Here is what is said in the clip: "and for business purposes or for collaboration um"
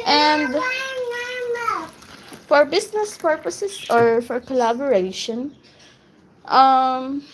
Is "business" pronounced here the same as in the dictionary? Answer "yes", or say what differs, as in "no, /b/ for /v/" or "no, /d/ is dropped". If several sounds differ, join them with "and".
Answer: no, /s/ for /z/